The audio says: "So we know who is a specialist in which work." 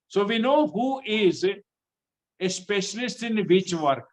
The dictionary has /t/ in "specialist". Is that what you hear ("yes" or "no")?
yes